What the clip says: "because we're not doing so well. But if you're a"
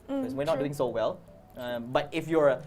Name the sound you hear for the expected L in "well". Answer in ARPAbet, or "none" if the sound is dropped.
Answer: L